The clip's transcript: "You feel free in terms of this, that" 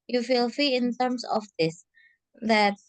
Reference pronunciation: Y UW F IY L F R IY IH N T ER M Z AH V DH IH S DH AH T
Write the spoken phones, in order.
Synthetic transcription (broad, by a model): Y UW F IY L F IY IH N T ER M S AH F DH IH S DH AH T